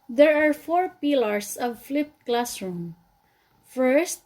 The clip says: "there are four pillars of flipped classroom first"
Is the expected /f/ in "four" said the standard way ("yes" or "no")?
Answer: yes